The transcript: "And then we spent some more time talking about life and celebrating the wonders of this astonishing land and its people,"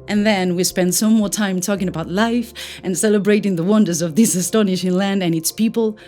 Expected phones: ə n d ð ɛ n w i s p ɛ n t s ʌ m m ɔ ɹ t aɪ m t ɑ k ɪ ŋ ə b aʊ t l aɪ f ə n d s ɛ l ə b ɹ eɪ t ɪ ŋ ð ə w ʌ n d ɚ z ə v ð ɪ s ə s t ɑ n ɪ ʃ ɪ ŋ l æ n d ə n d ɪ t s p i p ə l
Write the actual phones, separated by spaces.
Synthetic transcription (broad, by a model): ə n ð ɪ n w i s p ɛ n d s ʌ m m ɔ ɹ t aɪ m t ɑ k ɪ ŋ ə b aʊ t l aɪ f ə n s ɛ l ə b ɹ eɪ t ɪ ŋ ð ə w ʌ n d ɚ z ə v ð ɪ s ə s t ɑ n ɪ ʃ ɪ ŋ l æ n d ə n ɪ t s p i p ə l